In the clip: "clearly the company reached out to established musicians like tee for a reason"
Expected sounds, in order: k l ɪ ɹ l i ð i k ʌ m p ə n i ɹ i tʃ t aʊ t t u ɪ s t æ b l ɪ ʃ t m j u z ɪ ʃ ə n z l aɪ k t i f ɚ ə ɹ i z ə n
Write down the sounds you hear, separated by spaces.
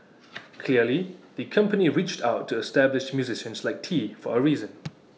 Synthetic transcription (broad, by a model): k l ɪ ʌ l i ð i k ʌ m p ə n i ɹ i tʃ t aʊ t t u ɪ s t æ b l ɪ ʃ m j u z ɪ ʃ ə n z l aɪ k t i f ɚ ə ɹ i z ə n